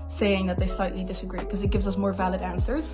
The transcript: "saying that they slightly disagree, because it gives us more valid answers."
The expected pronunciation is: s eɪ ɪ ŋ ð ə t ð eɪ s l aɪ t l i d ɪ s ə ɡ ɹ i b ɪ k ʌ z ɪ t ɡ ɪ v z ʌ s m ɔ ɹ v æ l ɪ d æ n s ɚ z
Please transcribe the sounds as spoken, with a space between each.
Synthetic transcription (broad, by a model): s eɪ ɪ ŋ ð ə t ð eɪ s l aɪ t l i d ɪ s ə ɡ ɹ i k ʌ z ɪ t ɡ ɪ v z ʌ s m ɔ ɹ v æ l ɪ d æ n s ɚ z